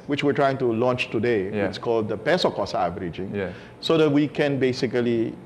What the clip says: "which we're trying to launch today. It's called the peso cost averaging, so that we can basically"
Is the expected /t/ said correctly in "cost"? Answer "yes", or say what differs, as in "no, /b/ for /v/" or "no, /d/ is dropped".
no, /t/ is dropped